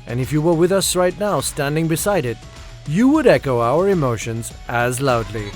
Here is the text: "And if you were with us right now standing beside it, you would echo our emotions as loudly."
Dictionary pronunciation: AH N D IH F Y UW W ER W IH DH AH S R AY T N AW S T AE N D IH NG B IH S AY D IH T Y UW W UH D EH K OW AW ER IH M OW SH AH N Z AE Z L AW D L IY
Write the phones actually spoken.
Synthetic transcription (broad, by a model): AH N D IH F Y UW W ER W IH DH AH S R AY T N AW S T AE N D IH NG B IH S AY D IH T Y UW W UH D EH K OW AW ER IH M OW SH AH N Z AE Z L AW D L IY